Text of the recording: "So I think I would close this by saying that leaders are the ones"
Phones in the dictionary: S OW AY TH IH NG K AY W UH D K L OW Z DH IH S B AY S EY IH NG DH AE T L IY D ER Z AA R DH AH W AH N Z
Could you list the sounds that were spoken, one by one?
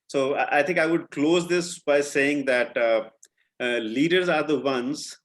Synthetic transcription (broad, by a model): S OW AY T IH NG K AY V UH D K L OW Z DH IH S B AY S EY IH NG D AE T L IY D ER Z AA R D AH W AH N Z